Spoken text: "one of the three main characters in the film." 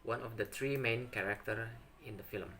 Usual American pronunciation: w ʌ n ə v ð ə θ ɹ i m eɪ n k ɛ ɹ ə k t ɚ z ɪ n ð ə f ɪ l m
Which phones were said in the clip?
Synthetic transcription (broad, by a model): w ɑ n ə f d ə t ɹ i m eɪ n k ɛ ɹ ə k t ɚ ɪ n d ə f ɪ l m